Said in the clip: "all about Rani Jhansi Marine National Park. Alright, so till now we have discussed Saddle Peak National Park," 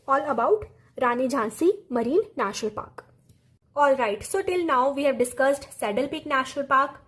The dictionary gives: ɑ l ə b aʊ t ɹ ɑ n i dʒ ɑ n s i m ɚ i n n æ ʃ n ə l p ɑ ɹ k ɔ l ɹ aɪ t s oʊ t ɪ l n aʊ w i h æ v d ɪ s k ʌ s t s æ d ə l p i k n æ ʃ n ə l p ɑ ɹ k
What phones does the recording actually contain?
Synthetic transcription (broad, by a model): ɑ l ə b aʊ t ɹ ɑ n i dʒ ɑ n s i m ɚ i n n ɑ ʃ ə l p ɑ k ɔ l ɹ aɪ t s oʊ t ɪ l n aʊ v i h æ v d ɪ s k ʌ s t s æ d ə l p i k n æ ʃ ə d p ɑ ɹ k